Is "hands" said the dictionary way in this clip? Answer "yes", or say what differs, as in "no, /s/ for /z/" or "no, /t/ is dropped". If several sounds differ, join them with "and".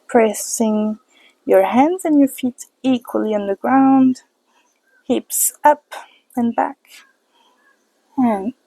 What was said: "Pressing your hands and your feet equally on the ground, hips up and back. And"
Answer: yes